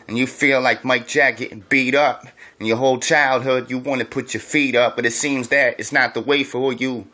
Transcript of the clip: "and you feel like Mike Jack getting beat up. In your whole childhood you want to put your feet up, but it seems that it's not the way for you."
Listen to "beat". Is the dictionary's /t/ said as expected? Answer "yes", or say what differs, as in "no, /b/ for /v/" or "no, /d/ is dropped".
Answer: yes